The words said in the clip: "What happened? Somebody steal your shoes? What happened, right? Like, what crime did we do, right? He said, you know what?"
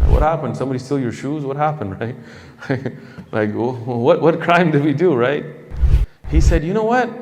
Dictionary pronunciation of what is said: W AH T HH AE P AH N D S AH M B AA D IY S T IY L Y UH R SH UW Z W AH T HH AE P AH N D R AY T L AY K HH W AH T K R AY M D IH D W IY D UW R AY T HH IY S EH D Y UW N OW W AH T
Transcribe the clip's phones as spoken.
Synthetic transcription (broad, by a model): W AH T HH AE P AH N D S AH M B AA D IY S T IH L Y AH R SH UW Z W AH T HH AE P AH N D R AY T L AY K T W AH T K R AY M D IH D W IY D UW R AY T HH IY S EH D Y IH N OW W AH T